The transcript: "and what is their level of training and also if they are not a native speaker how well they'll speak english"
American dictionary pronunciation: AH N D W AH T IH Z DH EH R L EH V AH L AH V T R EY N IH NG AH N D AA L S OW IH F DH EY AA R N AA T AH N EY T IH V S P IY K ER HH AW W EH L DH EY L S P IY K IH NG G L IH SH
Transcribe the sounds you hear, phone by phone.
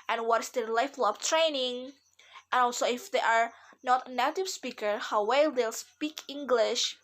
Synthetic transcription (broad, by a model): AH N W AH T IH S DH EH L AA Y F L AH B T R EY N IH NG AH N AA L S OW IH F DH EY AA R N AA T AH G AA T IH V S P IY K ER HH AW W EH L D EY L S P IY K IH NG G L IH SH